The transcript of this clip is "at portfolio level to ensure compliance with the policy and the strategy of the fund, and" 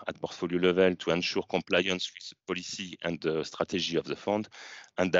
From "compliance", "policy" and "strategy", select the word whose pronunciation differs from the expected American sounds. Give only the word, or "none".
strategy